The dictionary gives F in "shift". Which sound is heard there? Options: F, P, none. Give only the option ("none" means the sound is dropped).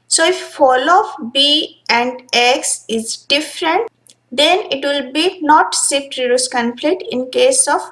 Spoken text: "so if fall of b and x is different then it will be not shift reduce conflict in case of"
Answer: none